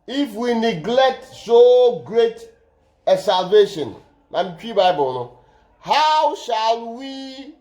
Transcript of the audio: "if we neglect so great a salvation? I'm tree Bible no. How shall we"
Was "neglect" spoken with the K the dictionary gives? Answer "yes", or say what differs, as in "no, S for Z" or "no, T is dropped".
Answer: yes